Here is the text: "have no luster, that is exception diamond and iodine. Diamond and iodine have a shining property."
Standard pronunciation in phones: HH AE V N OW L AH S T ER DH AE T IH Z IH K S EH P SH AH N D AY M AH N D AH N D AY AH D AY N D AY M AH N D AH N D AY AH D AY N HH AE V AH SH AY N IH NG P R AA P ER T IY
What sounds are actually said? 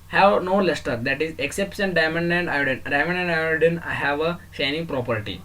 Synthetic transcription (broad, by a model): HH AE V N OW L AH S T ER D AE T IH Z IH K S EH P S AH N D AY M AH N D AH N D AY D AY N D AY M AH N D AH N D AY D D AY N HH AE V AH SH AY N IH NG P R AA P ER T IY